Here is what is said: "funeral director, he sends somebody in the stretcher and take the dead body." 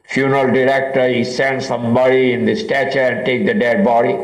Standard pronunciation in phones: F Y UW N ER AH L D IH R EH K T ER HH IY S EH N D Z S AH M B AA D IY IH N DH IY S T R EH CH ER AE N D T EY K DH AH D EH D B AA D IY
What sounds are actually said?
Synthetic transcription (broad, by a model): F Y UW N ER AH L D IH R EH K T ER HH IY S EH N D S AH M B AA D IY IH N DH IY S T EH CH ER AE N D T EY K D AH D EH D B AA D IY